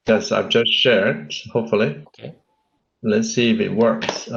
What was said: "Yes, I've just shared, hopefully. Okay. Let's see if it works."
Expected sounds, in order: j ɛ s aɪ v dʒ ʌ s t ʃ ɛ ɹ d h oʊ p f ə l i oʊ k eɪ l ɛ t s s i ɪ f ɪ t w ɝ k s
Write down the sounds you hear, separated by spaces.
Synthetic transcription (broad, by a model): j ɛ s aɪ v dʒ ʌ s t ʃ ɛ ɹ d h oʊ p f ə l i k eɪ l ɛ t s s i ɪ f ɪ t w ɝ k s